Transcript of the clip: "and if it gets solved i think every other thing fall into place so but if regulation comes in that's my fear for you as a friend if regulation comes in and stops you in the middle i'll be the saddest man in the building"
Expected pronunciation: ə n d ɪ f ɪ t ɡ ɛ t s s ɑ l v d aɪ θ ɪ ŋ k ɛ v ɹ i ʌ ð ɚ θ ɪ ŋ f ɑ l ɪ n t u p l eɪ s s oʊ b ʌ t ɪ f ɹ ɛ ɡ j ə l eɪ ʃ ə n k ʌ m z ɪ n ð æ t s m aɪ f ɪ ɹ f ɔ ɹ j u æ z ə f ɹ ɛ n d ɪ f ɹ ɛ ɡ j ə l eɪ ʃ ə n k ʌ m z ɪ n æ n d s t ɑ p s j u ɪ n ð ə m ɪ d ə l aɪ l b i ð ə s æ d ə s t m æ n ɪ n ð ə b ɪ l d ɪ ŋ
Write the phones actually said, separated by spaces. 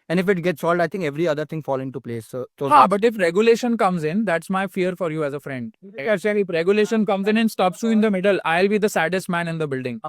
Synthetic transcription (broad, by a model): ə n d ɪ f ɪ t ɡ ɛ t s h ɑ l d aɪ t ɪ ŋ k ɛ v ɹ i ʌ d ɚ t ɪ ŋ f ɑ l ɪ n t u p l eɪ s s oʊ b ʌ t ɪ f ɹ ɛ ɡ j ə l eɪ ʃ ə n k ʌ m z ɪ n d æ t s m aɪ f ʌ ɹ f ɔ ɹ j u æ z ə f ɹ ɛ n d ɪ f ɹ ɛ ɡ j ə l eɪ ʃ ə n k ʌ m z ɪ n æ n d s t ɑ p s j u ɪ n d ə m ɪ d ə l aɪ l b i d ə s æ d ə s t m æ n ɪ n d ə b ɪ l d ɪ ŋ